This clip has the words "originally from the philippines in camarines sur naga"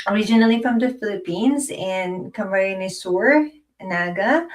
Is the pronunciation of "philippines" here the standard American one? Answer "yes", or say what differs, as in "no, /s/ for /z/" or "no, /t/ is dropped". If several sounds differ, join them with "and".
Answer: yes